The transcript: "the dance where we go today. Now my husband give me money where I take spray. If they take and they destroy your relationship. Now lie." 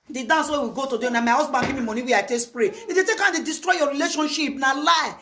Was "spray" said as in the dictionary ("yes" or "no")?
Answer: yes